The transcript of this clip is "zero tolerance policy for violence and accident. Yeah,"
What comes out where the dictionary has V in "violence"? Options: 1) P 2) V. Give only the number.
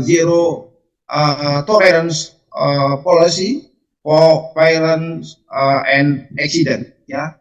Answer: 1